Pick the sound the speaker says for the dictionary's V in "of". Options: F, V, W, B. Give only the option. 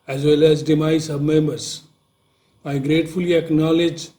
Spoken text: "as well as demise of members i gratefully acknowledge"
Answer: B